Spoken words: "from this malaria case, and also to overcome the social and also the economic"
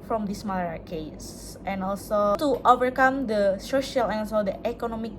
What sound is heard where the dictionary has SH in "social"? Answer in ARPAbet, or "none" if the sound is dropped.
SH